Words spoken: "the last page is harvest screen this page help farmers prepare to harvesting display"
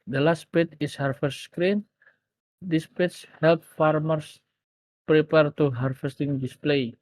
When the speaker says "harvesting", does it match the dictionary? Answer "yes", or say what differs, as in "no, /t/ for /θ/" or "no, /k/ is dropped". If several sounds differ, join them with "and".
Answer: no, /f/ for /v/